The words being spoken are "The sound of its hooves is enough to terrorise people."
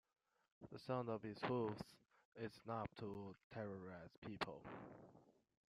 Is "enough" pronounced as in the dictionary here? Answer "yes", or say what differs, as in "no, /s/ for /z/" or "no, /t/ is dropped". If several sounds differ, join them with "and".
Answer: no, /p/ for /f/